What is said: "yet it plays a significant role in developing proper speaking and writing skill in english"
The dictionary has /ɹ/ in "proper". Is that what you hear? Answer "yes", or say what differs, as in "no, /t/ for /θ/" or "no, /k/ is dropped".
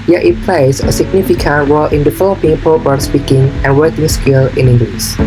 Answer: no, /ɹ/ is dropped